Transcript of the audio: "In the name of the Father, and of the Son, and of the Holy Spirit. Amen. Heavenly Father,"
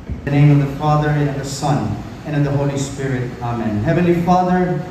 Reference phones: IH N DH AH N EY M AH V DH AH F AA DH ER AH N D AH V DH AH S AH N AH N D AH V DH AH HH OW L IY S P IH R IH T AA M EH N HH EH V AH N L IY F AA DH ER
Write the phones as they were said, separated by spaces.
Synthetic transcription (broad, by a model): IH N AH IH M AH V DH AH F AA DH ER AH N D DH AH S AH N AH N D AH V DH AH HH OW L IY S P IH R IH T AA M EH N HH EH V AH N L IY F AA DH ER